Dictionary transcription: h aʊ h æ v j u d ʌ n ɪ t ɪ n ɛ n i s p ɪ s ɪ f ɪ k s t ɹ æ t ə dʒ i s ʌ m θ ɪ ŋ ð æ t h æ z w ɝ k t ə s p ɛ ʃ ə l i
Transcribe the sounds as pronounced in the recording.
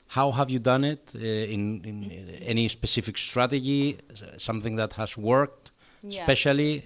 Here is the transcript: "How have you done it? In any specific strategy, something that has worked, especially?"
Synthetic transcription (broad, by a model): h aʊ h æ v j u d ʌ n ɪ t ɪ n ɛ n i s p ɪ s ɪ f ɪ k s t ɹ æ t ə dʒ i s ʌ m θ ɪ ŋ ð æ t h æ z w ɝ k t s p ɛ ʃ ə l i